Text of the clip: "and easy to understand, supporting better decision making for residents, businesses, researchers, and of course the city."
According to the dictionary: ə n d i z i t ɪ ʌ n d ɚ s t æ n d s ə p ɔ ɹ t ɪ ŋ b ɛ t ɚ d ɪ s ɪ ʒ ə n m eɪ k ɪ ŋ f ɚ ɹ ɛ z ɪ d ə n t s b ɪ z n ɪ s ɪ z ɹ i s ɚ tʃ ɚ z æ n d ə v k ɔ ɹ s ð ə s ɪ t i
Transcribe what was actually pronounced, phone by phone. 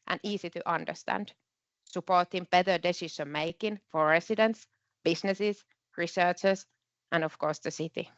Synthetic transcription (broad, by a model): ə n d i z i t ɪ ʌ n d ɚ s t æ n d s ə p ɔ ɹ t ɪ ŋ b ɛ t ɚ d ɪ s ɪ s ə m eɪ k ɪ ŋ f ɚ ɹ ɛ s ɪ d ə n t s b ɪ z n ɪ s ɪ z ɹ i s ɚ tʃ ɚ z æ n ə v k ɔ ɹ s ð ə s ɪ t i